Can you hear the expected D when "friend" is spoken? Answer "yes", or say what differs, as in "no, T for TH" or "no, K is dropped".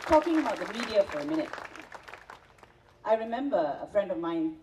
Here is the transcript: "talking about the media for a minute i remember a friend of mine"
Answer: yes